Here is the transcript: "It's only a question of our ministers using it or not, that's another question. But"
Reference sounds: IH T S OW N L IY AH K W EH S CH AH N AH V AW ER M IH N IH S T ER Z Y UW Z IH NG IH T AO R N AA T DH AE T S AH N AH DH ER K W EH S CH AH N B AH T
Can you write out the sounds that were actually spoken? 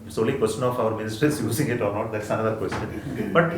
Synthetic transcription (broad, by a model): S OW L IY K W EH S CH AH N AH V AW ER M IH N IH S T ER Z Y UW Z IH NG IH T AO R N AA T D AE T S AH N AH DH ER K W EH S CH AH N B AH T